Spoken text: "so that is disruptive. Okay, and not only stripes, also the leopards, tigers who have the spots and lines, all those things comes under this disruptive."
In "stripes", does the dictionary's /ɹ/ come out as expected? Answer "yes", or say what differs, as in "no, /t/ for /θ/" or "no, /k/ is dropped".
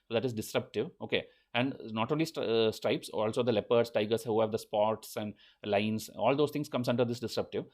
yes